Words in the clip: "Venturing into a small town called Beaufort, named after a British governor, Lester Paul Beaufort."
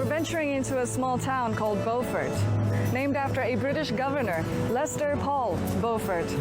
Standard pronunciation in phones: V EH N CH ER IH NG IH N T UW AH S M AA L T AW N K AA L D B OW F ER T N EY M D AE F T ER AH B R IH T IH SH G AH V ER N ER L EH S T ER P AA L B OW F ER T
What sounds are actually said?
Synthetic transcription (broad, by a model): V EH N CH ER IH NG IH N T UW AH S M AA L T AW N K AA L D B OW F ER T N EY M D AE F T ER AH B R IH T IH SH G AH V ER N ER L EH S T ER P AA L B OW F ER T